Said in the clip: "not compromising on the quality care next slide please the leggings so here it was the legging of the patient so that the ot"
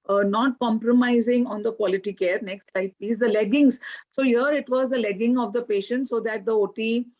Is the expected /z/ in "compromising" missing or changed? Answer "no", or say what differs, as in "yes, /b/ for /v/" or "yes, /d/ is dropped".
no